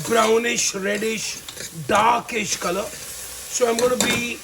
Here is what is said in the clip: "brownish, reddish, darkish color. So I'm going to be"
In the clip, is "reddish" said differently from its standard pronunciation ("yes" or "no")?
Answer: no